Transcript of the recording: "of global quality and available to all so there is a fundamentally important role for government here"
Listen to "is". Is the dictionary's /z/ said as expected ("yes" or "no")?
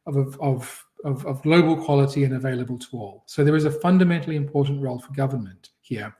yes